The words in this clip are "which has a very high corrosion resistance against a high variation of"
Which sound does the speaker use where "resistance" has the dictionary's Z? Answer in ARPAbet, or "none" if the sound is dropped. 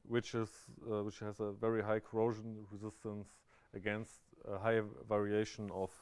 Z